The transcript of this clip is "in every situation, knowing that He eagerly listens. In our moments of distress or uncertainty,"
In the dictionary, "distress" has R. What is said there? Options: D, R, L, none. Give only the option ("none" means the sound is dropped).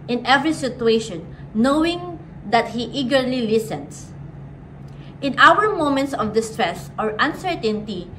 R